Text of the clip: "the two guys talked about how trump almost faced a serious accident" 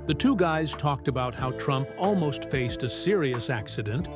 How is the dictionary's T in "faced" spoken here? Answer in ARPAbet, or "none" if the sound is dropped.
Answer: T